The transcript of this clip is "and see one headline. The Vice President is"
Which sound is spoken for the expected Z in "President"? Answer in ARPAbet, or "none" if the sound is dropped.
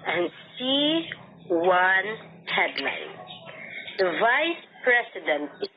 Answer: S